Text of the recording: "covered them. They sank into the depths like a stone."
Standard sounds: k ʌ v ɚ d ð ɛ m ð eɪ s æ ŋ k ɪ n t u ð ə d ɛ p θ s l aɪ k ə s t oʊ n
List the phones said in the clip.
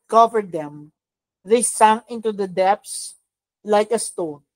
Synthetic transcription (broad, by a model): k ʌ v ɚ d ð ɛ m ð eɪ s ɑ ŋ ɪ n t u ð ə d ɛ p s l aɪ k ə s t oʊ n